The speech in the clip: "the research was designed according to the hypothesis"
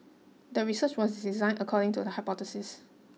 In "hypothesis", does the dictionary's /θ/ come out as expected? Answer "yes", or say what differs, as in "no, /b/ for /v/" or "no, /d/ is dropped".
no, /t/ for /θ/